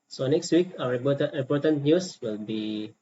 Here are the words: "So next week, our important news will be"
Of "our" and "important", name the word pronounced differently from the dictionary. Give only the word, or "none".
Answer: important